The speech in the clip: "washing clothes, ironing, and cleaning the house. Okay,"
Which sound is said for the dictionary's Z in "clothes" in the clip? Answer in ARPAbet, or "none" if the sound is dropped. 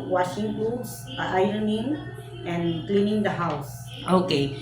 none